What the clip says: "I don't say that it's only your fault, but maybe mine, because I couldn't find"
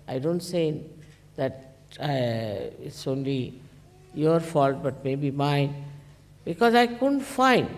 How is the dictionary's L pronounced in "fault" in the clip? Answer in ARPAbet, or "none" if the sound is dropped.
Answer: L